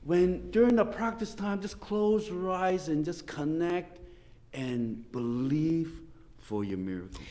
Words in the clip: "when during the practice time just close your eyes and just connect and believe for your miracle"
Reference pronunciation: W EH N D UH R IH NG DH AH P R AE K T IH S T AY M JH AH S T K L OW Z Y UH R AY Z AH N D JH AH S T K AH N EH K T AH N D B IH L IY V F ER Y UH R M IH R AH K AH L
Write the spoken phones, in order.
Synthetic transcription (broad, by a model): W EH N D UH R IH NG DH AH P R AE K T IH S T AY M JH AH S K L OW Z R AY Z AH N JH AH S K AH N EH K T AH N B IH L IY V F ER Y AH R M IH R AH K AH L